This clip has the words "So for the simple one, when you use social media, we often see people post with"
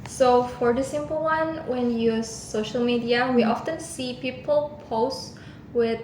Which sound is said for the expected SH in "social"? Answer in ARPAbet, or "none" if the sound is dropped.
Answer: SH